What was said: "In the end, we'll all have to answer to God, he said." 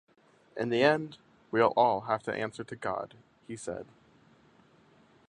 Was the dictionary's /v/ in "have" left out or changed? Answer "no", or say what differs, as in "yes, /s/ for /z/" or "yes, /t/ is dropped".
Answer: yes, /f/ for /v/